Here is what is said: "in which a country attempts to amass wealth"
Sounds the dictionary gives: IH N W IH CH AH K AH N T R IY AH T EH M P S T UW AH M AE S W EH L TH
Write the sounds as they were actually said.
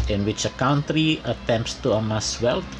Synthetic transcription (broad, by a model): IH N W IH CH AH K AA N T R IY AH T EH M P S T UW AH M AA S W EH L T